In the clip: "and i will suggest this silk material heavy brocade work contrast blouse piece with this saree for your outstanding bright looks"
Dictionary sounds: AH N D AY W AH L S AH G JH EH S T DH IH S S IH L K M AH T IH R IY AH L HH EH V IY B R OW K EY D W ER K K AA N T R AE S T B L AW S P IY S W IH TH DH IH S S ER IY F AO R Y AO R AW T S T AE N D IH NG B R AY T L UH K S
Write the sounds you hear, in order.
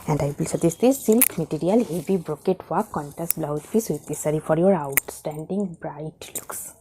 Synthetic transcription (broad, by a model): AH N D AY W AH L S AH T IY S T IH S S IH L K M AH T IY R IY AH L HH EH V IY B R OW K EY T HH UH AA K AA N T AE S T B L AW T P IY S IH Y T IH S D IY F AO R Y AO R AW T S T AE N D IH NG B R AY T L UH K S